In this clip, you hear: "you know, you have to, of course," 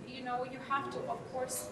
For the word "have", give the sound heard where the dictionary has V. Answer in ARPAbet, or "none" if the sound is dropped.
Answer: F